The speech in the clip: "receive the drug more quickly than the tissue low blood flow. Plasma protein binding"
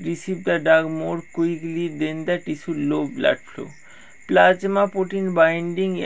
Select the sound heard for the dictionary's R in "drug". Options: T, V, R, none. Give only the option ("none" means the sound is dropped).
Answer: none